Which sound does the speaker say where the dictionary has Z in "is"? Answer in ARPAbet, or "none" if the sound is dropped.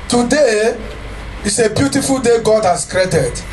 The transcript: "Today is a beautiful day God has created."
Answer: S